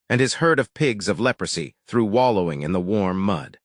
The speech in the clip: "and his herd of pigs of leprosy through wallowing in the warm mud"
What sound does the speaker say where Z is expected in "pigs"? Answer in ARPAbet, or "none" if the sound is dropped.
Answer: Z